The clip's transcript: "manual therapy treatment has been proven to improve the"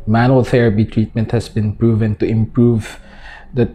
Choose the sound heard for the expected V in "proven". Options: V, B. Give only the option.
V